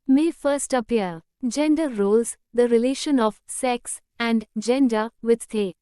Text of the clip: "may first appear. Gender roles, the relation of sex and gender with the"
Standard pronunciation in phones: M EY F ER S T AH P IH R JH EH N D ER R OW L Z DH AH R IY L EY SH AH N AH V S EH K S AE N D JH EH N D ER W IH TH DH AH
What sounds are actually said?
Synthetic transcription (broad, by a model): M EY F ER S T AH P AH R JH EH N D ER R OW L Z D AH R IY L EY SH AH N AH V S EH K S AE N D JH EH N D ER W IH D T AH